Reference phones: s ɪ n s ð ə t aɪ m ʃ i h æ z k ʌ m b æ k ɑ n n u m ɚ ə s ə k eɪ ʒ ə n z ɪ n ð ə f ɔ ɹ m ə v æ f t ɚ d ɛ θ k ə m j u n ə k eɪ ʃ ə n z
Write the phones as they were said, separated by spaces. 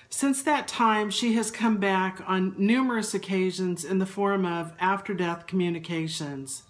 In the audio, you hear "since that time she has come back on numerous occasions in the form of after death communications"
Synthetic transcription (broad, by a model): s ɪ n s ð ə t aɪ m ʃ i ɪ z k ʌ m b æ k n n u m ɚ ə s ə k eɪ ʒ ə n z ɪ n ð ə f ɔ ɹ m ə v æ f t ɚ d ɛ θ k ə m j u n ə k eɪ ʃ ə n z